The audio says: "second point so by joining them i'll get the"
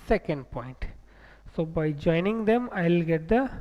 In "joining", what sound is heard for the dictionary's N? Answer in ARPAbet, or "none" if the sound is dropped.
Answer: N